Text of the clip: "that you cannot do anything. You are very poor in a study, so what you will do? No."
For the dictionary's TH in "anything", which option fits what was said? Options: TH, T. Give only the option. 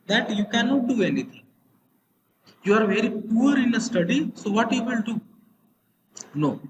T